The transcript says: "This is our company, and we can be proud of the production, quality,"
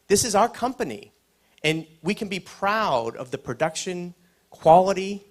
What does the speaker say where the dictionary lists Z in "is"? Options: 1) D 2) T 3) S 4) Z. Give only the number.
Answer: 4